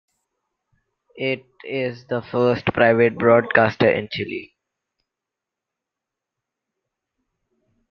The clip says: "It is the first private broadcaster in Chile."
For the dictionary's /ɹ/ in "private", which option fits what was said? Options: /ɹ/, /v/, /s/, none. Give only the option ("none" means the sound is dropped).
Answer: /ɹ/